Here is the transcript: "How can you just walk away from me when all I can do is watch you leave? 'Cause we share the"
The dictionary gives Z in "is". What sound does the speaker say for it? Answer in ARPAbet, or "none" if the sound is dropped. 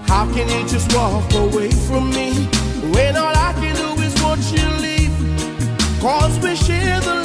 Z